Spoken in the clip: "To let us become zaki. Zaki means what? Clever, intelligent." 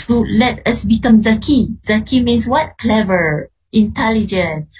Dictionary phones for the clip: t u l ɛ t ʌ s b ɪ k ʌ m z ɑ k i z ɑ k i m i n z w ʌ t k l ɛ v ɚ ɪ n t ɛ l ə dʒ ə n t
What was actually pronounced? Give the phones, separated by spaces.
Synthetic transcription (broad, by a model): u l ɛ t ʌ s b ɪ k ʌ m z ɑ k i z ɑ k i m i n s w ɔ t k l ɛ v ɚ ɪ n t ɛ l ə dʒ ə n